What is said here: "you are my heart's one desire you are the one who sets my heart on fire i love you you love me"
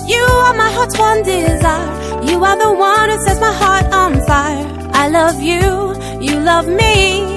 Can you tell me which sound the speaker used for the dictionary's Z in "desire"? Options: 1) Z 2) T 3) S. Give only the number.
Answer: 1